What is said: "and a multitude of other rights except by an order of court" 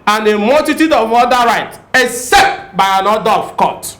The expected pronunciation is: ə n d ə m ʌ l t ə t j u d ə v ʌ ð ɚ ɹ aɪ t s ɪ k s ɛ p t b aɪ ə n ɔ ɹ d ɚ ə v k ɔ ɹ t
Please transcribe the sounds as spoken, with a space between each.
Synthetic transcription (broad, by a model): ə n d ə m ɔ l t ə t j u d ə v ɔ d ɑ ɹ aɪ t ɪ k s ɛ p t b aɪ ə n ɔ d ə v k ɔ t